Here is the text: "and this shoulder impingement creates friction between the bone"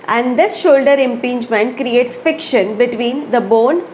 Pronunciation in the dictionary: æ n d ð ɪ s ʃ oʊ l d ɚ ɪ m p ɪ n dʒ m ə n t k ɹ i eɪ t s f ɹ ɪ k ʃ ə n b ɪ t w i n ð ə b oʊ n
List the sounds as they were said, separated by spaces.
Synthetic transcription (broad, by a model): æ n d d ɪ s ʃ oʊ l d ɚ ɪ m p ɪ n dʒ m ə n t k ɹ i eɪ t s f ɪ k ʃ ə n b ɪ t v i n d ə b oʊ n